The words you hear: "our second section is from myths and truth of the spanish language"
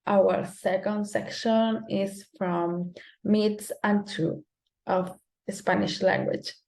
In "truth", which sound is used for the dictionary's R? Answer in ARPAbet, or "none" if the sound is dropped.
none